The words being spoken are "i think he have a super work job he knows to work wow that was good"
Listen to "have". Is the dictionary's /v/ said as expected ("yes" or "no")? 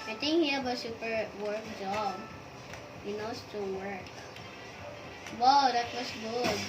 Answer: no